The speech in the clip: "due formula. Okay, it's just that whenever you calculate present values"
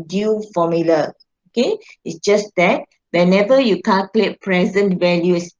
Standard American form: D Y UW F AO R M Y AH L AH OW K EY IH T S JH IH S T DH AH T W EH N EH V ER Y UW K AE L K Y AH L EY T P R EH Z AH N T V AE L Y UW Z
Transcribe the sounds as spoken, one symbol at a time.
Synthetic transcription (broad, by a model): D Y UW F AO M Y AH L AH OW K EY IH T S JH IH S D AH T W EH N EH V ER Y UW K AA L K L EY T P R EH Z AH N T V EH L Y UW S